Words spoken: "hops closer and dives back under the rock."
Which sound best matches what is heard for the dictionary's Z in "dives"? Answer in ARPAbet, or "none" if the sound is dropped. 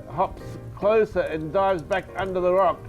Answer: Z